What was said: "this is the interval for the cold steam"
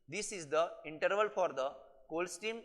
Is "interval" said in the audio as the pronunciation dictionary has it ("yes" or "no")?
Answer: yes